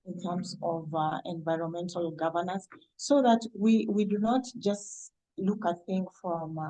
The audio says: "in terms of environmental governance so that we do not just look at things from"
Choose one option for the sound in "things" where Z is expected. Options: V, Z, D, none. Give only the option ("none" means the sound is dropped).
none